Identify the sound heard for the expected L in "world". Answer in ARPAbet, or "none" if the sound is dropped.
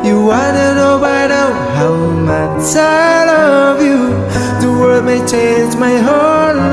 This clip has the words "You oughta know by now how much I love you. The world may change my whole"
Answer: none